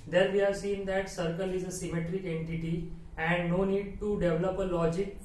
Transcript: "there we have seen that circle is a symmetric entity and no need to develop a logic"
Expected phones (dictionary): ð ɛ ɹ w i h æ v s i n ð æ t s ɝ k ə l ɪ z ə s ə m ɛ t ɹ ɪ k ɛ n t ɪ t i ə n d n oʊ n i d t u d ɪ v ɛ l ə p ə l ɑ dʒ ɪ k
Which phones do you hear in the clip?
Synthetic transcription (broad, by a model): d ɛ ɹ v i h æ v s i n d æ t s ɝ k ə l ɪ z ə s ə m ɛ t ɹ ɪ k ɛ n t ɪ t i ə n d n oʊ n i d t u d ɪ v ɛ l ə p ə l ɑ dʒ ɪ k